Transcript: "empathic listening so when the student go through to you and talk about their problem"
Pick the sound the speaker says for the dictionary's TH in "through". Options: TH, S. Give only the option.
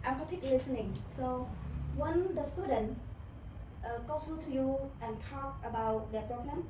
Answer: S